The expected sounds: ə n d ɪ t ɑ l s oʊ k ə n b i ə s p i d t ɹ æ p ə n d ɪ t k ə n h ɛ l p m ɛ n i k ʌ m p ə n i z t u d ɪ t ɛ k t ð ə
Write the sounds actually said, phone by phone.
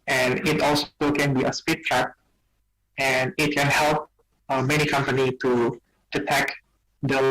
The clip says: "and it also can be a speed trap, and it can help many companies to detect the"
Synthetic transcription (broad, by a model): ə n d ɪ t ɑ l s oʊ k ə n b i ə s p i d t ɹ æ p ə n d ɪ t k ə n h ɛ l p m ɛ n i k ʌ m p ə n i t u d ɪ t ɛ k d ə